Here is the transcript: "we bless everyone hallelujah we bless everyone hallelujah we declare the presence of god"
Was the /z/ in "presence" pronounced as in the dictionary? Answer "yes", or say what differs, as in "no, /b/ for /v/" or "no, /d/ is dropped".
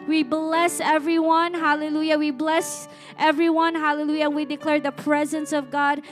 yes